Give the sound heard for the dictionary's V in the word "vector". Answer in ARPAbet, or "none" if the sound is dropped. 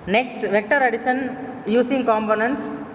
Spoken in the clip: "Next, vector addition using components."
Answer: V